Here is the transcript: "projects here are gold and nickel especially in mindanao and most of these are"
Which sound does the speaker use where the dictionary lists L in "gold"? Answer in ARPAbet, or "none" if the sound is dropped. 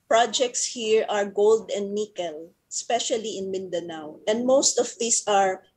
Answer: L